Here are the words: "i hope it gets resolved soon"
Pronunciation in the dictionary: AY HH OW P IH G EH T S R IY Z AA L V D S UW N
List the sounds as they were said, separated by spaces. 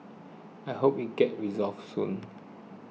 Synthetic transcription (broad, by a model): AY HH OW P IH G EH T R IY Z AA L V S UW N